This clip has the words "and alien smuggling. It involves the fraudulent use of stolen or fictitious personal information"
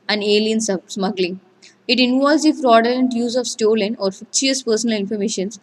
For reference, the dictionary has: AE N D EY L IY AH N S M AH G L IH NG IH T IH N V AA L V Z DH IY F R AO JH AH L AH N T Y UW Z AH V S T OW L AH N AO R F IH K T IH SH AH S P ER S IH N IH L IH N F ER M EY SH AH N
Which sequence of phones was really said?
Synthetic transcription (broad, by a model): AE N D EY L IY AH N S M AH G L IH NG IH T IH N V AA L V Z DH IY F R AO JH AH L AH N T Y UW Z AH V S T OW L AH N AO R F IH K S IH AH S P ER S IH N IH L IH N F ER M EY SH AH N